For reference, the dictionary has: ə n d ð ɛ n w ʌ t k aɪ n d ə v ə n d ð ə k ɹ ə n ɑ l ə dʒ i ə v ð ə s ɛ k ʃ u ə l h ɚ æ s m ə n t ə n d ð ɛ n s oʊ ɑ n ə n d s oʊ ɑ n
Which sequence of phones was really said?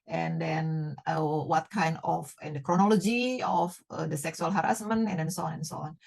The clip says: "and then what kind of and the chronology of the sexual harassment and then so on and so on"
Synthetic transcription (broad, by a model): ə n d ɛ n w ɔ t k aɪ n d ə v ə n d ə k ɹ ə n ɑ l ə dʒ i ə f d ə s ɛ k s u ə l h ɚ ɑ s m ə n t ə n d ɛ n s oʊ ɑ n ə n s oʊ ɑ n